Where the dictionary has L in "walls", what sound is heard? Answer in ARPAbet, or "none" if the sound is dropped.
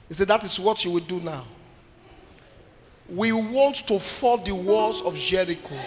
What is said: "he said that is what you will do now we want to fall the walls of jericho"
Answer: none